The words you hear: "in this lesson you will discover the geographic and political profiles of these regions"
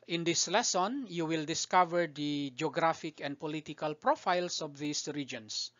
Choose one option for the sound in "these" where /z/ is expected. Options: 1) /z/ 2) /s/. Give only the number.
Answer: 2